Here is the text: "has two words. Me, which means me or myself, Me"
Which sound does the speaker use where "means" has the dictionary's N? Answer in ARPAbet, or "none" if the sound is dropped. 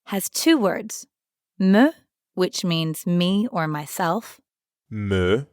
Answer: N